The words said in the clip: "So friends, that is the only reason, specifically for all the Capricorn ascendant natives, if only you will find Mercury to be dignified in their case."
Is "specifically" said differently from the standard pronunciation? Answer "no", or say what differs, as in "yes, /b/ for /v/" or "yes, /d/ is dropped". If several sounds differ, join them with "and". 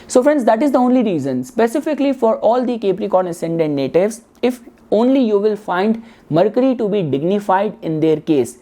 no